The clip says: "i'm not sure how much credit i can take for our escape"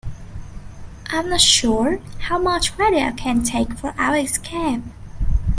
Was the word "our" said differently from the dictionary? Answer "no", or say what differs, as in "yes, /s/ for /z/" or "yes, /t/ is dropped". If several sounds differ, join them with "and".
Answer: yes, /l/ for /ɹ/